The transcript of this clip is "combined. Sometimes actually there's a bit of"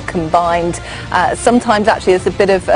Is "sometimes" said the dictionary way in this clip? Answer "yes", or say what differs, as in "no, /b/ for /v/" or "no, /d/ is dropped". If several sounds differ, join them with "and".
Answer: yes